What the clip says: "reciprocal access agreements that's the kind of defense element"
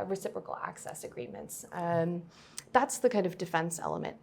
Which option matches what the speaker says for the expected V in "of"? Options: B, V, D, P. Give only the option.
V